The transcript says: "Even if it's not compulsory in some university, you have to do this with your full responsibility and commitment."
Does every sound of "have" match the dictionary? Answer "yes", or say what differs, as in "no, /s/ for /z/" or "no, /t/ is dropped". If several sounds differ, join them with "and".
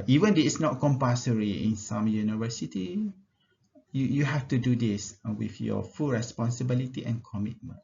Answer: no, /f/ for /v/